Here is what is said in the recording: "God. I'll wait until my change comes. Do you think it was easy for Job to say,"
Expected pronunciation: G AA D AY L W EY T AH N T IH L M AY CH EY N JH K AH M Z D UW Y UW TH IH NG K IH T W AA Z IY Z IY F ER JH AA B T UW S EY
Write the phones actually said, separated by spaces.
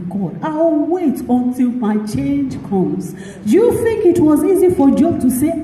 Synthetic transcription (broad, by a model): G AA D AY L W EY T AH N T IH L M AY CH EY N JH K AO Z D Y UW TH IH NG K IH T W AA Z IY Z IY F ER JH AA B T UW S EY